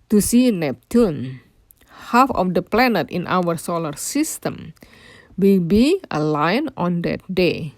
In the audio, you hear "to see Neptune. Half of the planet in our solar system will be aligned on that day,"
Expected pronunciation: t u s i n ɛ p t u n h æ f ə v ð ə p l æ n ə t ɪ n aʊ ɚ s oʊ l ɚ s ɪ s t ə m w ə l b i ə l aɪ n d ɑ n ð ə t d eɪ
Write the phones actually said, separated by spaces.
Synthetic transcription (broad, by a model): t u s i n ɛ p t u n h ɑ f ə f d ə p l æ n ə t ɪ n aʊ ɚ s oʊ l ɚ s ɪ s t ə m w ə l b i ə l aɪ n ɑ n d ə t d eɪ